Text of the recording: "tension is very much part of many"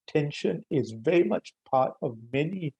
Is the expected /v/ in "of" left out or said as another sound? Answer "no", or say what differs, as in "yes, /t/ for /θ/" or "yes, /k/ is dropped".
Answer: no